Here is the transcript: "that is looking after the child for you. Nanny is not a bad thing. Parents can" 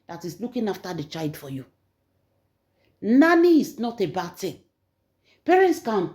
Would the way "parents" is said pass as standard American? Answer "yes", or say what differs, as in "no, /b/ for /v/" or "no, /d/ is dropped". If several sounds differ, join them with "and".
yes